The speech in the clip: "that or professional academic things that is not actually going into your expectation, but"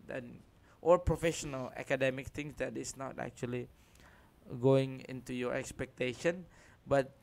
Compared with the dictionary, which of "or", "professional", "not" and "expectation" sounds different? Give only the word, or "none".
or